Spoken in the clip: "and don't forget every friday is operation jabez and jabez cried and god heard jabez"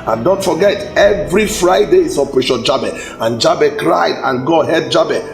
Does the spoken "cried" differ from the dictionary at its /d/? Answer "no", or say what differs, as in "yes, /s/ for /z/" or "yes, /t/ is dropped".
no